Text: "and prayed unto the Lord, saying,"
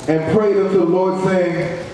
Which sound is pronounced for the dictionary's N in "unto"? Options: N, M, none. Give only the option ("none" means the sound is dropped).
none